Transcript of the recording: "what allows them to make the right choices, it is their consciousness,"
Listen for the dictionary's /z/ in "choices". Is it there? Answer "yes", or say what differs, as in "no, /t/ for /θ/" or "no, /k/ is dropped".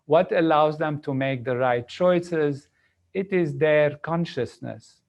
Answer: yes